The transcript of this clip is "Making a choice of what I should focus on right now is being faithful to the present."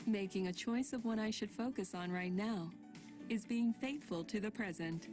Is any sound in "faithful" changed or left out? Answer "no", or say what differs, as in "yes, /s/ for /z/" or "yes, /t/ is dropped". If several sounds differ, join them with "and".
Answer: no